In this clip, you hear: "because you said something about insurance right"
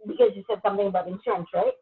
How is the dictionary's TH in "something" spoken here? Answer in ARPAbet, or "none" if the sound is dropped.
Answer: TH